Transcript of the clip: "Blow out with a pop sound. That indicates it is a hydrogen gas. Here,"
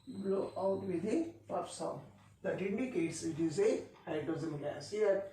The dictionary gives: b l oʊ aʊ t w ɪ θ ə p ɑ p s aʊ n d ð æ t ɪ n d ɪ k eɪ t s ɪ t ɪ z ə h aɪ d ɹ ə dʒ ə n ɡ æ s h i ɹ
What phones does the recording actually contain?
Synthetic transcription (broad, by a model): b l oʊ aʊ t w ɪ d ə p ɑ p s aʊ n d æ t ɪ n d ɪ k eɪ t s ɪ t ɪ z ə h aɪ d ə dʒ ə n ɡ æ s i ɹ